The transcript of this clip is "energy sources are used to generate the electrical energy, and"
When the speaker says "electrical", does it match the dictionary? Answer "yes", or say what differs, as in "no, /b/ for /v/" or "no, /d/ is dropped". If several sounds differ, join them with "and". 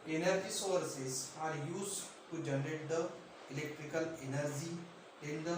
yes